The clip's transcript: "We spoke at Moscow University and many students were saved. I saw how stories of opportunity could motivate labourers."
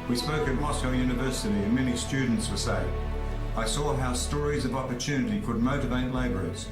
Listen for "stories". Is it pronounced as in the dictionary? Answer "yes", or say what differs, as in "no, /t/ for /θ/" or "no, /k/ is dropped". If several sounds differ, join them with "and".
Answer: yes